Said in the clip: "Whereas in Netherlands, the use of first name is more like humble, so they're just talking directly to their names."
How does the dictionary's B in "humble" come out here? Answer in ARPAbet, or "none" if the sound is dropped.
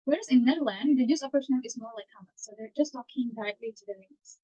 none